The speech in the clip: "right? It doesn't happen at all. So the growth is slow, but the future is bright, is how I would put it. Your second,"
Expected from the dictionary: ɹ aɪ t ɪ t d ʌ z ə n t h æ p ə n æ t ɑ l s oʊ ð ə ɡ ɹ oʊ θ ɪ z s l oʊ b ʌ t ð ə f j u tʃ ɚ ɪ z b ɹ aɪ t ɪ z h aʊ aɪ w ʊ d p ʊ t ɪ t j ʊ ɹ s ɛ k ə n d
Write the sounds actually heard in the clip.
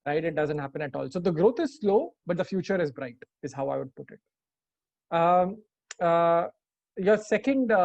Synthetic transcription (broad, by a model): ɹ aɪ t ɪ t d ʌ z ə n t h æ p ə n æ t ɑ l s oʊ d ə ɡ ɹ oʊ t ɪ z s l oʊ b ʌ t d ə f j u tʃ ɚ ɪ z b ɹ aɪ t ɪ z h aʊ aɪ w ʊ d p ʊ t ɪ t j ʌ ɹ s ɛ k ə n d